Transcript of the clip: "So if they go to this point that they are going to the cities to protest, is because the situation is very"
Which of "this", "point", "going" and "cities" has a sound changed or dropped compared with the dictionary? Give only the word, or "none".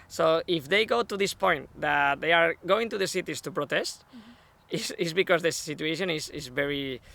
cities